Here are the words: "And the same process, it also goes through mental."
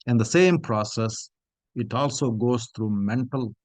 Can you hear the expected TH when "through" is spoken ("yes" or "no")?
no